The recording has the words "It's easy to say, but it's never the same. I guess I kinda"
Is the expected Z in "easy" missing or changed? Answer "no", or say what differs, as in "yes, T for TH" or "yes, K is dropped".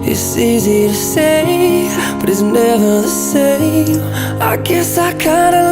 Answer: no